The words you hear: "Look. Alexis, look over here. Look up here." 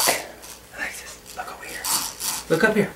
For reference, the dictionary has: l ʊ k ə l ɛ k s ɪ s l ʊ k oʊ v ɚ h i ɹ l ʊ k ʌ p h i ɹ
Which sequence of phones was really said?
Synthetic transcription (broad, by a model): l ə ɪ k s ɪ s l ʊ k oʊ w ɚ h i ɹ l ʊ k ʌ p h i ɹ